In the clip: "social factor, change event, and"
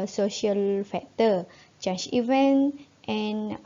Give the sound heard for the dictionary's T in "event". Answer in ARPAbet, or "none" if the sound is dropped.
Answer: T